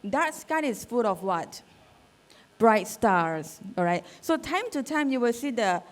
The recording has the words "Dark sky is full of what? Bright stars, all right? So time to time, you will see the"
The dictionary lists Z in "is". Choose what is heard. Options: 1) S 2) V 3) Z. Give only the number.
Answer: 1